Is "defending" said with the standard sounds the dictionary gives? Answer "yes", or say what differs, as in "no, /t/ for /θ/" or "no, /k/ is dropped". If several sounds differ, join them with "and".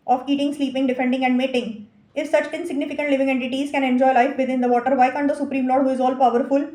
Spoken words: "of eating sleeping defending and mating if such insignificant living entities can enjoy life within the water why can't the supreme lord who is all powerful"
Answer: yes